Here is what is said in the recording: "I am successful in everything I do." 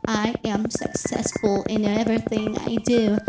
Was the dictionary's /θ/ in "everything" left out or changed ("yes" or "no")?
no